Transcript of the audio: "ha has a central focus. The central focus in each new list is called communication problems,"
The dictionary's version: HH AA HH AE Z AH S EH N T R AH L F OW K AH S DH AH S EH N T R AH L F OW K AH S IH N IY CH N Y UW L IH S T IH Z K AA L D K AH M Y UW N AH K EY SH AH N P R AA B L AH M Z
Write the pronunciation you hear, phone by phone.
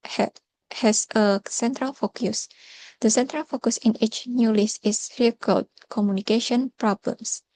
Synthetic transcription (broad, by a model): HH HH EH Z AH S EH N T R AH L F OW K AH S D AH S EH N T R AH L F OW K AH S IH N IY CH N Y UW L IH S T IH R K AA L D K AH M Y UW N AH K EY SH AH N P R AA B L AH M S